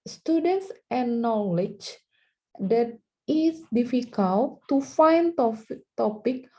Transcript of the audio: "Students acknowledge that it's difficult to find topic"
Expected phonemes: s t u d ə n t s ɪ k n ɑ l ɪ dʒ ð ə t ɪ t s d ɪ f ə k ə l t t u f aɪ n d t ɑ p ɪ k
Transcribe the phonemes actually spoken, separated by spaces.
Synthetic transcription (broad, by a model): s t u d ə n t s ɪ n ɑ l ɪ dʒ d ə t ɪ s d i f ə k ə l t t u f aɪ n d t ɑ p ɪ k